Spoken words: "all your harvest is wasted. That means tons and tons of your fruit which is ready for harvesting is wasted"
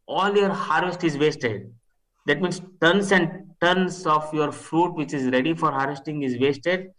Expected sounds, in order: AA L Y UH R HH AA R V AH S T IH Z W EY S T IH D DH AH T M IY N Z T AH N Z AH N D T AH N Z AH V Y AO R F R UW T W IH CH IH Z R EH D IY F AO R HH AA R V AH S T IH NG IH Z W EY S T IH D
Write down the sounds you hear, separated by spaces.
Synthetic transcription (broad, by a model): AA L Y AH R HH AA R V AH S T IH Z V EY S T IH D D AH T M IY N S T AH N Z AH N D T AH N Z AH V Y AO R F R UW T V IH CH IH Z R EH D IY F AO R HH AA R V AH S T IH NG IH Z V EY S T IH D